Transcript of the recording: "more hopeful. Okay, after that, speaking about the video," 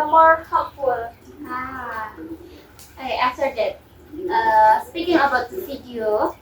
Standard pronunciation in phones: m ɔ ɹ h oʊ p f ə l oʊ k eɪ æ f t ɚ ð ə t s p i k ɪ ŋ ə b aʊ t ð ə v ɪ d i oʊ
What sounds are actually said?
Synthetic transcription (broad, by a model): m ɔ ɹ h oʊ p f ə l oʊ ɑ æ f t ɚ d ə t s p i k ɪ ŋ ə b aʊ t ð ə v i d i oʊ